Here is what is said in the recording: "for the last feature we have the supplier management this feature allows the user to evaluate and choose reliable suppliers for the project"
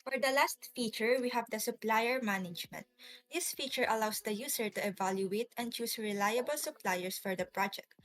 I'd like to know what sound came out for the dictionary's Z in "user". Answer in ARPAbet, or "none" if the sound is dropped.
S